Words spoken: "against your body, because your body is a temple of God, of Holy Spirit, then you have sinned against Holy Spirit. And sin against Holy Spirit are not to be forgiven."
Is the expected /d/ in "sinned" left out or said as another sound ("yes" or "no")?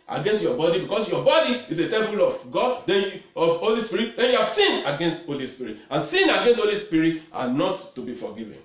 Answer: yes